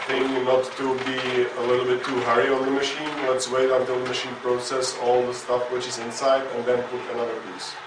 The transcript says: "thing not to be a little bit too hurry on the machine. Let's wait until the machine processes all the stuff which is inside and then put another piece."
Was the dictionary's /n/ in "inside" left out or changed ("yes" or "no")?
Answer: no